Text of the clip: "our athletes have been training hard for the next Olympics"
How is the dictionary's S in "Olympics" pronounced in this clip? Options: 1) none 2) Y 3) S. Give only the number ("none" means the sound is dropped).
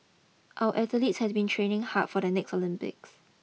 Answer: 3